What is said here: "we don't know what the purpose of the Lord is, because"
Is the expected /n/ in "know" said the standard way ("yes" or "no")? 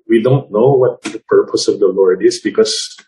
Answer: yes